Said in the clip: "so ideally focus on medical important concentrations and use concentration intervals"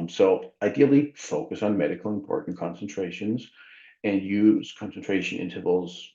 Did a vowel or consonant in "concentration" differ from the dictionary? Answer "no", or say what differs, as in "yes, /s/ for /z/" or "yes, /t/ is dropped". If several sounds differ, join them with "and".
no